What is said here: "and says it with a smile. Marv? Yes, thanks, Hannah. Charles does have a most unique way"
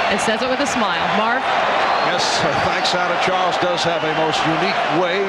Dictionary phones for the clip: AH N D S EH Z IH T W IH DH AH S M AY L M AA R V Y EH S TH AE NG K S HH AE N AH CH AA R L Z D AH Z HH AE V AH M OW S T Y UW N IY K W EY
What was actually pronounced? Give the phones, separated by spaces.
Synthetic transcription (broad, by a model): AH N S EH Z IH T W IH DH AH S M AY L M AA R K Y EH S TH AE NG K S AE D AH CH AA R L Z D AH Z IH V AH M OW S T Y UW N IY K W EY